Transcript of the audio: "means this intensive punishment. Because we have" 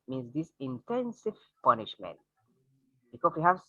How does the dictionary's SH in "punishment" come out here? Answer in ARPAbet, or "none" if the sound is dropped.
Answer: SH